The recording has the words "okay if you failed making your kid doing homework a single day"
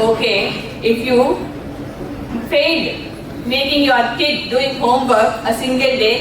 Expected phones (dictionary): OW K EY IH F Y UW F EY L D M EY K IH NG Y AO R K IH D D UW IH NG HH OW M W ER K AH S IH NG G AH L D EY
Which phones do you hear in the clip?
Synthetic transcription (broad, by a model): OW K EY IH F Y UW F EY D M EY K IH NG Y AO R K IH D D UW IH NG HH OW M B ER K AH S IH NG G AH L D EY